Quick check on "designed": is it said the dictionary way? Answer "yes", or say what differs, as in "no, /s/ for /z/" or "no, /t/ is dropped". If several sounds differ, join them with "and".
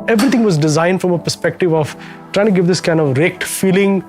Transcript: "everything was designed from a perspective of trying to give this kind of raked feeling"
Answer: yes